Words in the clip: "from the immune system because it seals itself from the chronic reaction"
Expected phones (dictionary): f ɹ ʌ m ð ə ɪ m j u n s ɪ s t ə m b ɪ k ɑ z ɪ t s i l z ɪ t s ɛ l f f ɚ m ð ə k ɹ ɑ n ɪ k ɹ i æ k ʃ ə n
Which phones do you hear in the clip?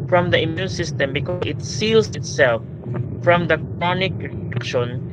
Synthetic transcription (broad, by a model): f ɹ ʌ m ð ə ɪ m j u n s ɪ s t ə m b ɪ k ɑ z ɪ t s i l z ɪ t s ɛ l f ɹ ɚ m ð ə k ɹ ɑ n ɪ k ɹ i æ k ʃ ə n